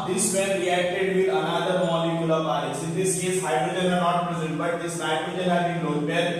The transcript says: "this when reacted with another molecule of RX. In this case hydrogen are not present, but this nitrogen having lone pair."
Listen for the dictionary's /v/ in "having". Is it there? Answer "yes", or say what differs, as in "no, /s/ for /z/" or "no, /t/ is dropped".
no, /b/ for /v/